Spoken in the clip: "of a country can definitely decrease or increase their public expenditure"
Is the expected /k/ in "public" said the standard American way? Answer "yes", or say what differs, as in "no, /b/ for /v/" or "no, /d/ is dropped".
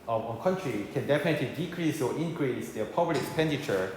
no, /k/ is dropped